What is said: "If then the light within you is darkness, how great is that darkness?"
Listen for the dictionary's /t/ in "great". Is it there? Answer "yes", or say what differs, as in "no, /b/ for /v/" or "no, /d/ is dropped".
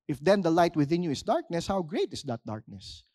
yes